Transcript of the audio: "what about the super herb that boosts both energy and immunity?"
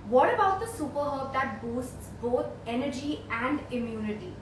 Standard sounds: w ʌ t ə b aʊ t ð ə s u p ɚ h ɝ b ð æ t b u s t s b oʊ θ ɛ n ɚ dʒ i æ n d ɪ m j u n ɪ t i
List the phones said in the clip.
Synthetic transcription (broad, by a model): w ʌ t ə b aʊ t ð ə s u p ɚ h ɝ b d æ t b u s t s b oʊ t ɛ n ɚ dʒ i æ n d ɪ m j u n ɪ t i